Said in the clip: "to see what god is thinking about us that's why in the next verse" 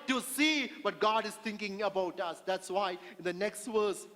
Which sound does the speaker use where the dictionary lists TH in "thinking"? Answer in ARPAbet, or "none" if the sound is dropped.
T